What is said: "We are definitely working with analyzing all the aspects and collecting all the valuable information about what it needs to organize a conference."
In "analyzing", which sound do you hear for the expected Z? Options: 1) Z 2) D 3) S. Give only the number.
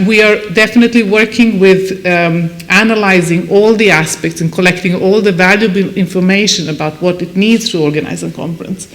1